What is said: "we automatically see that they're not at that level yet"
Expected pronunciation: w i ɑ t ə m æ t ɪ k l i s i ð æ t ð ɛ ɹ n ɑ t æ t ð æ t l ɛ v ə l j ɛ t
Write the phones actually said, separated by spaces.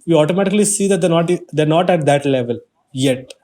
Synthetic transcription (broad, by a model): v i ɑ t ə m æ t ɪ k l i s i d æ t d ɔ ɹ n ɑ t æ t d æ t l ɛ v ə l j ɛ t